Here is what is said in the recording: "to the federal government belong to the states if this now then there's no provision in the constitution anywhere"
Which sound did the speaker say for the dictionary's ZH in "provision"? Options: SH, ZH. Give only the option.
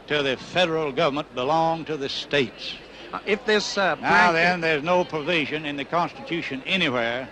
ZH